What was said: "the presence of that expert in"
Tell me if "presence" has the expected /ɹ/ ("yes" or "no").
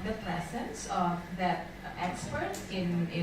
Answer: no